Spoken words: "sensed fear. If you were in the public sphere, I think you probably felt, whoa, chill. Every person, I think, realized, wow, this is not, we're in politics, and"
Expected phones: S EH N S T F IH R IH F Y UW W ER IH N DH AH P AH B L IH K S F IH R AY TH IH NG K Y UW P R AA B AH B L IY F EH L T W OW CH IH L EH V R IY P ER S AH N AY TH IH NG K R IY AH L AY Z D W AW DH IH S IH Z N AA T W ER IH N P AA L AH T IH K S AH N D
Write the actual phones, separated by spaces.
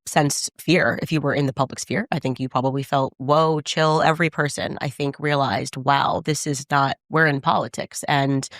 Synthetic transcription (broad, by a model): S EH N S F IH R IH F Y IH W ER IH N DH AH P AH B L IH K S F IH R AY TH IH NG K Y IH P R AA B AH B L IY F EH L T W OW CH IH L EH V R IY P ER S AH N AY TH IH NG K R IY AH L AY Z D W AW DH IH S IH Z N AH T W ER IH N P AA L AH T IH K S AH N